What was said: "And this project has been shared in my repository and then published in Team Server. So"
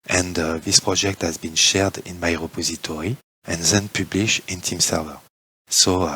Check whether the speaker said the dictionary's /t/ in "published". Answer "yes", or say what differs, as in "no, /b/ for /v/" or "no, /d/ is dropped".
no, /t/ is dropped